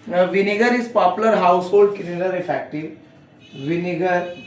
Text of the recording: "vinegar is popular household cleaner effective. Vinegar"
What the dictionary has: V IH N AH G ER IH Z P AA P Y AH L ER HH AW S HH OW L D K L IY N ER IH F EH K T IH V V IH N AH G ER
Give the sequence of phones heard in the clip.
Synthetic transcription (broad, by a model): V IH N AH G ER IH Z P AA P Y AH L ER HH AW S HH OW L D K N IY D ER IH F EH K T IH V V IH N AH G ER